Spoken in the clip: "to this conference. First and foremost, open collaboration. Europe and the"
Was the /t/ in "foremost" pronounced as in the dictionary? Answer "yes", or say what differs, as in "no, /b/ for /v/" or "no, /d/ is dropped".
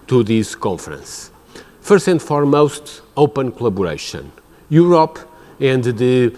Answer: yes